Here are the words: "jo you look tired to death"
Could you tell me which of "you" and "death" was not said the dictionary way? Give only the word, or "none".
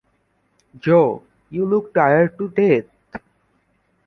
death